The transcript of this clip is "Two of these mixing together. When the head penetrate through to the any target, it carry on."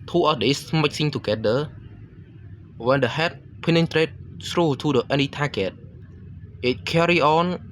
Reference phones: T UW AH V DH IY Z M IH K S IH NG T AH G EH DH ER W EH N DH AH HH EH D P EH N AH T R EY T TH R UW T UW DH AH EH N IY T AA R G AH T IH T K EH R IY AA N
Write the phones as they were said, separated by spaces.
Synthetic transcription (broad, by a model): T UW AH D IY S M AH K S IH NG T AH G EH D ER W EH N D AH HH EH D P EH N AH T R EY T S R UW T UW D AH EH N IY T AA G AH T IH T K EH R IY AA N